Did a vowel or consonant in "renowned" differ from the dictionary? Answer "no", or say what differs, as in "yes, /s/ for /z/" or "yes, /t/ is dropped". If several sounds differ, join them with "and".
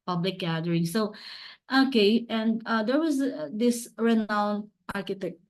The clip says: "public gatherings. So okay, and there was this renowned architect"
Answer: yes, /d/ is dropped